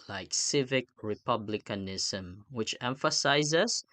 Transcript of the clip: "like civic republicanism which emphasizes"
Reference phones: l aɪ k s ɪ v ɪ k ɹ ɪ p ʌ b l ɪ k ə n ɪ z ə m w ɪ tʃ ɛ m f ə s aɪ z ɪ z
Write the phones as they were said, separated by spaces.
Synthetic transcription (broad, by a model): l aɪ k s ɪ v ɪ k ɹ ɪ p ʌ b l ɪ k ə n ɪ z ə m w ɪ tʃ ɛ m f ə s aɪ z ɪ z